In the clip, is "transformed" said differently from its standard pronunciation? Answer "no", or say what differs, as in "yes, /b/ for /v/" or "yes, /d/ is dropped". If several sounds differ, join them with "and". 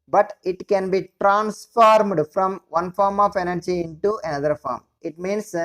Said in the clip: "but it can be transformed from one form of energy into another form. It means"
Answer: no